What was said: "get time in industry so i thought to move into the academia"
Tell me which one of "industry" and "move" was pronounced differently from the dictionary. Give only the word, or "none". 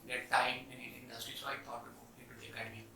move